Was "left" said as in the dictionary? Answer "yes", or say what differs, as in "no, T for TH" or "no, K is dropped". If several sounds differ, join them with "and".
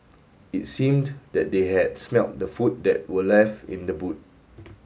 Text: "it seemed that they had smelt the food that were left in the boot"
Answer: no, T is dropped